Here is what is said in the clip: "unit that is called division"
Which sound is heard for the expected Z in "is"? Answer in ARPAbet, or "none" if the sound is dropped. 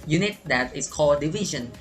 S